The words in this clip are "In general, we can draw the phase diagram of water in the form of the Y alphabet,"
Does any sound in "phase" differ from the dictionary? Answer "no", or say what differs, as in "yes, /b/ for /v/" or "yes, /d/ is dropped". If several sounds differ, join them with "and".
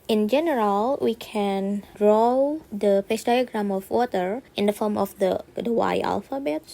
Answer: yes, /p/ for /f/ and /s/ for /z/